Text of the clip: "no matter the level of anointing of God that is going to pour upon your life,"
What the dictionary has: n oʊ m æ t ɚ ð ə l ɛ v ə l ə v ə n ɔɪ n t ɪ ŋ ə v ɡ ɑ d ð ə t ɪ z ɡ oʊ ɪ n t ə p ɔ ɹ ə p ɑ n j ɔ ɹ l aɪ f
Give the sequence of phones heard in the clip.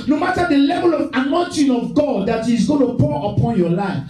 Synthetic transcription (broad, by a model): n oʊ m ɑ t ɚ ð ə l ɛ v ə l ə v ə n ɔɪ n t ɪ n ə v ɡ ɑ d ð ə t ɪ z ɡ oʊ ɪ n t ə p ɔ ɹ ə p ɑ n j ɔ l aɪ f